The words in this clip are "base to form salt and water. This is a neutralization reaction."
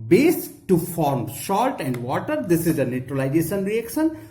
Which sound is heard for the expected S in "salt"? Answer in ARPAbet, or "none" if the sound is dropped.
SH